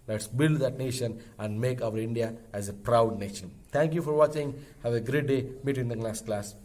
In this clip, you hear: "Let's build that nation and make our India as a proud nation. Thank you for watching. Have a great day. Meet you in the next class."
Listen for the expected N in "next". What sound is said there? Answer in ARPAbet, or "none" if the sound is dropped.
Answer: L